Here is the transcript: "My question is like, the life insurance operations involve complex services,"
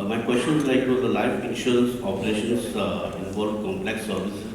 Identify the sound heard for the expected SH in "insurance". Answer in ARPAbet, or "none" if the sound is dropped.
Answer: none